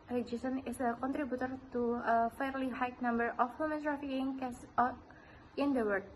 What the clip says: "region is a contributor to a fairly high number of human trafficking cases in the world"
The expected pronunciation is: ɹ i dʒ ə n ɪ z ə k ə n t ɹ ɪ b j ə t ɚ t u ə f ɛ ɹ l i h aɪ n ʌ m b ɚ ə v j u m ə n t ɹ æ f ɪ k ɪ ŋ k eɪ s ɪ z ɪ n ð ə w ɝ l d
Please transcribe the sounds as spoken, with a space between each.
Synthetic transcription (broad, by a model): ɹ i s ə n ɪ s ə k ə n t ɹ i b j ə t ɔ t u ə f ɛ ɹ l i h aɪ n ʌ m b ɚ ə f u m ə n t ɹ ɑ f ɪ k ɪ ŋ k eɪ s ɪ ɪ n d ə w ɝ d